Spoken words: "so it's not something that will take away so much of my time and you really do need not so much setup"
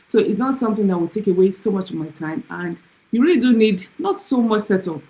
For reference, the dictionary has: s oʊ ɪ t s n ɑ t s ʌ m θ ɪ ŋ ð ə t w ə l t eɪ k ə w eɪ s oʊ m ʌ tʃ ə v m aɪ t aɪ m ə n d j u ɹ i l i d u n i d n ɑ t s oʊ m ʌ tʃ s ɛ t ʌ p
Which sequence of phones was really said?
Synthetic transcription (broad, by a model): s oʊ ɪ t s n ɑ t s ʌ m θ ɪ ŋ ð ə t w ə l t eɪ k ə w eɪ s oʊ m ʌ tʃ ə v m aɪ t aɪ m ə n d j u ɹ i l i d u n i d n ɑ t s oʊ m ʌ tʃ s ɛ t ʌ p